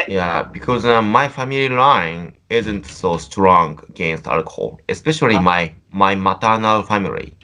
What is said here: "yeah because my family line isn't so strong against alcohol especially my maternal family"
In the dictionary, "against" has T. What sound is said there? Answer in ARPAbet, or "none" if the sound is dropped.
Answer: T